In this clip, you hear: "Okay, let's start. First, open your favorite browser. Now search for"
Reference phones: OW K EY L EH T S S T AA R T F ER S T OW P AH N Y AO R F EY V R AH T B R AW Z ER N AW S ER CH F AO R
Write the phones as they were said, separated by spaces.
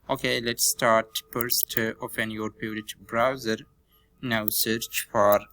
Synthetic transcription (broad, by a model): OW K EY L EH T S S T AA R T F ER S T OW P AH N Y AO R P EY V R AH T B R AW Z ER N AW S ER CH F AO R